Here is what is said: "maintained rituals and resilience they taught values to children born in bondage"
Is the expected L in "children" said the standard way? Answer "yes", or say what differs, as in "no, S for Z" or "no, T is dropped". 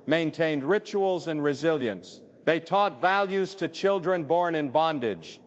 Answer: yes